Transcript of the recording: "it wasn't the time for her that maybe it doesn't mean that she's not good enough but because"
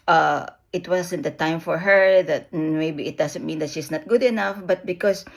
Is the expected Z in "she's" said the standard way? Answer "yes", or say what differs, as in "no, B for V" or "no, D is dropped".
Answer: no, S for Z